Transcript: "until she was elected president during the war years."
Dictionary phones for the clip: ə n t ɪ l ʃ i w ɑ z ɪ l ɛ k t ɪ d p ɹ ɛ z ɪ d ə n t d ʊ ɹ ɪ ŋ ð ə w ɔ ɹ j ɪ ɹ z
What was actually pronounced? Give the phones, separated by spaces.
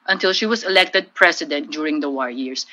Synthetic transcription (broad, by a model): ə n t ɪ l ʃ i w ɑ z ɪ l ɛ k t ɪ d p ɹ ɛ s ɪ d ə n t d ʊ ɹ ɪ ŋ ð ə w ɔ ɹ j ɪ ɹ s